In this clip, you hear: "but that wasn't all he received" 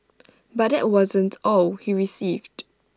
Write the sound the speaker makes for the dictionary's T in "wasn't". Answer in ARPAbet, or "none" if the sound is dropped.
T